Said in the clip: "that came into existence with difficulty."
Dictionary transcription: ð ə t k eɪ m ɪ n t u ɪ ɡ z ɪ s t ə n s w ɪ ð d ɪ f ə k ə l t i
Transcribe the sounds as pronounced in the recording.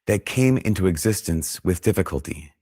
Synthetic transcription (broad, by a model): ð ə t k eɪ m ɪ n t u ɪ ɡ z ɪ s t ə n s w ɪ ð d ɪ f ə k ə l t i